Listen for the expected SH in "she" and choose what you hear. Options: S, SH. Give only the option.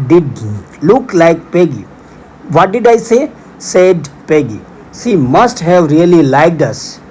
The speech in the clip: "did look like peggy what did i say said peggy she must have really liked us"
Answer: S